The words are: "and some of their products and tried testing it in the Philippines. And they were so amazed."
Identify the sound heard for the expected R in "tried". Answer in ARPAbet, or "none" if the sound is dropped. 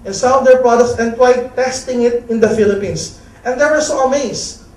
W